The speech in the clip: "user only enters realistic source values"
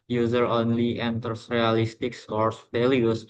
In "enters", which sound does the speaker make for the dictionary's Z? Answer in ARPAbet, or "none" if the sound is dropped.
S